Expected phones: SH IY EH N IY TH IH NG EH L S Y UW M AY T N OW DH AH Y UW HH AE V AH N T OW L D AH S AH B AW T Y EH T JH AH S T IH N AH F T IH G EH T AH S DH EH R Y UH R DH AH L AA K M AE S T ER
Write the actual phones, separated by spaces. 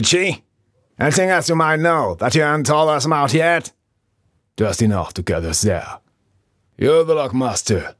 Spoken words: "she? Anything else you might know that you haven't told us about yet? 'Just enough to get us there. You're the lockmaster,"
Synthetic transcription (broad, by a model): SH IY EH N IY TH IH NG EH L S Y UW M AY T N OW DH AH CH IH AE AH N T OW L AH S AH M AW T Y EH T JH AH S T IH N AH F T IH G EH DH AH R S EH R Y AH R DH AH L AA K M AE S T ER